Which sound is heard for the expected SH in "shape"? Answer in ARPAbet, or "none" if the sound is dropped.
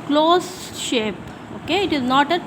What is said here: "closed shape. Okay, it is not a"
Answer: SH